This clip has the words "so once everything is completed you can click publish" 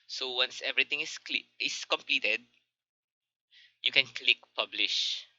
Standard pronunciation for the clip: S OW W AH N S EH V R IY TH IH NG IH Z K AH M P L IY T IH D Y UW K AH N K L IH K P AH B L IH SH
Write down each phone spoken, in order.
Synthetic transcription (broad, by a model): S OW W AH N S EH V R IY T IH NG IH S K AH M P L IY T IH D Y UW K AH N K L IH K P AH B L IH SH